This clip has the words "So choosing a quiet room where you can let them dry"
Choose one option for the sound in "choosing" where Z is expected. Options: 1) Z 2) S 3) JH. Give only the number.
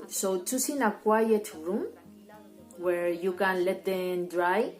2